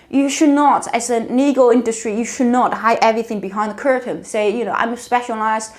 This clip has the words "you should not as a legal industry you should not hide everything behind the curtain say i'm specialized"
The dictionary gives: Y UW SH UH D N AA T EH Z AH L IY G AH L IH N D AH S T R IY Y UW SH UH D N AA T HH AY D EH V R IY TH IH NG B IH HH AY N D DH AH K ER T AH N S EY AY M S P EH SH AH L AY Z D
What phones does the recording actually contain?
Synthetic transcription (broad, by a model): Y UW SH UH D N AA T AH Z AH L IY G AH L IH N D AH S T R IY Y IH SH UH D N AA T HH AY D EH V R IY TH IH NG B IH HH AY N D DH AH K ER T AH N S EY AY M S P EH SH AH L AY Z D